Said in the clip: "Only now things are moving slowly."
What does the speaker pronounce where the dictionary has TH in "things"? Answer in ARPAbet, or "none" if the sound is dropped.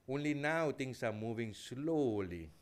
T